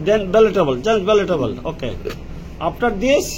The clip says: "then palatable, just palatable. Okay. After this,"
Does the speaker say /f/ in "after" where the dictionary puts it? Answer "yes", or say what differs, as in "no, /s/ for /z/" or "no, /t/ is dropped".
no, /p/ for /f/